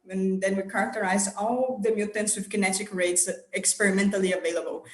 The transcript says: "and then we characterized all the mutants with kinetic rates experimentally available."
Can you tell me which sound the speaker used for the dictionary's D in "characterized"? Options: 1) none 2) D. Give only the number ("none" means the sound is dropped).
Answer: 1